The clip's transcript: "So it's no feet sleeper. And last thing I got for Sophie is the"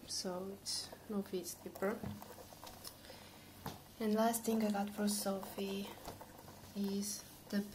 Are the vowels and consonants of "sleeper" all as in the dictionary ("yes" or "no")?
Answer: no